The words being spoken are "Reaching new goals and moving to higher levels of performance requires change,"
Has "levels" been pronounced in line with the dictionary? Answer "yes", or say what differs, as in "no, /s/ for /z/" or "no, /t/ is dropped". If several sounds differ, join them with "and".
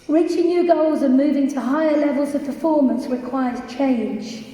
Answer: yes